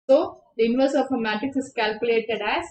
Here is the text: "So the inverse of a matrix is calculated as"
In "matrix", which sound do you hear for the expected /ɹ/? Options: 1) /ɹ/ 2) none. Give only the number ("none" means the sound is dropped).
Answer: 2